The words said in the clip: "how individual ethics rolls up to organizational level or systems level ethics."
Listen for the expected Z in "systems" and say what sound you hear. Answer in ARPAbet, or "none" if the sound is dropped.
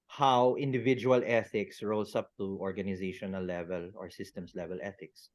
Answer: S